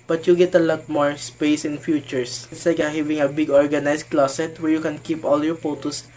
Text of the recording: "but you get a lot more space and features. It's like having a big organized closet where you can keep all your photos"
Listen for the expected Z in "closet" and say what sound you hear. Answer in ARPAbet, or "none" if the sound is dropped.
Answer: S